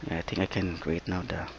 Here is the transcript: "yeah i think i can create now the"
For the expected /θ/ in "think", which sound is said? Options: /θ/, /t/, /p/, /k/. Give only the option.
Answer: /t/